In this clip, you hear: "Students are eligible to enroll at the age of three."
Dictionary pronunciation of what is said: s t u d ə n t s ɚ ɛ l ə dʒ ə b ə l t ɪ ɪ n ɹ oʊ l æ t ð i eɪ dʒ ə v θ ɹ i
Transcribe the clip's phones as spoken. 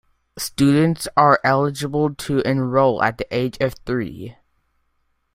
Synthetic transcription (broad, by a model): s t u d n t s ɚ ɛ l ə dʒ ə b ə l t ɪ ɪ n ɹ oʊ l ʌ t ð i eɪ dʒ ə v θ ɹ i